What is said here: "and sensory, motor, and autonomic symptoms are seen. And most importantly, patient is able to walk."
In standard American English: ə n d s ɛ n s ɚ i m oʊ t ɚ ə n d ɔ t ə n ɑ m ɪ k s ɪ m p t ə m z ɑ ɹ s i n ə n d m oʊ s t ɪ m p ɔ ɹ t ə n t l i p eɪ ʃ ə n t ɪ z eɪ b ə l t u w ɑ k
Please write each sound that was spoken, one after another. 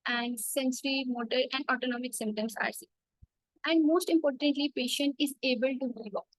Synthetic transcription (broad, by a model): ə n d s ɛ n s ɚ i m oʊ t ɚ ə n d ɔ t ə n ɑ m ɪ k s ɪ m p t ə m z ɑ ɹ s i ə n d m oʊ s t ɪ m p ɔ ɹ t ə n t l i p eɪ ʃ ə n t ɪ z eɪ b ə l t u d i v